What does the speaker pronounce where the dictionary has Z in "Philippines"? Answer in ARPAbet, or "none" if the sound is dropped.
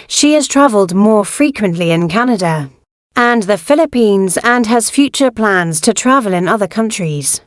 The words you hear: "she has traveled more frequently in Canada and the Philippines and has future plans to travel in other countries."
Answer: Z